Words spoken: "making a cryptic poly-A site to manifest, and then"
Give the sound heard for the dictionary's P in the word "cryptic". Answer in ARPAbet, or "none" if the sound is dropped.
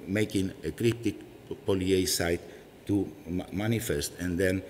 none